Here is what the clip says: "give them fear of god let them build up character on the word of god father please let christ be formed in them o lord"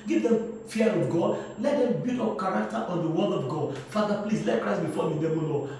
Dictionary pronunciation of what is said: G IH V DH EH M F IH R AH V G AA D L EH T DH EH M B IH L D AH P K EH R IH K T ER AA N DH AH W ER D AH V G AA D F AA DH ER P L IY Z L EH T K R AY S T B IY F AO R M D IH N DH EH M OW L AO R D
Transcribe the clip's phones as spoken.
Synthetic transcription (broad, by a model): G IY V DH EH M F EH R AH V G AA D L EH T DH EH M B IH D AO F K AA R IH K T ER AA N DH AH W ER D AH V G AA D F AA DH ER P L IY S L EH T K R AY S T B IY F AO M IH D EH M OW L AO